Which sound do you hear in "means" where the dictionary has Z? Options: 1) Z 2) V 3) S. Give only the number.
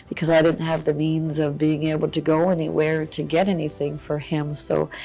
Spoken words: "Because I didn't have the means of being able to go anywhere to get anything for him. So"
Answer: 1